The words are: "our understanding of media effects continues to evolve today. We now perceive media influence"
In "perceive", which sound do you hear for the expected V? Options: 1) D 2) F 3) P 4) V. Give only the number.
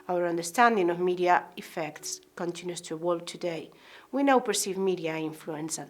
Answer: 4